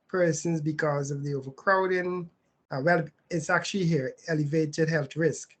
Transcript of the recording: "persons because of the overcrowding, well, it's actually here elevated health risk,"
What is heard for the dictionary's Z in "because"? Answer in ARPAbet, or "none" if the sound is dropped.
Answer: Z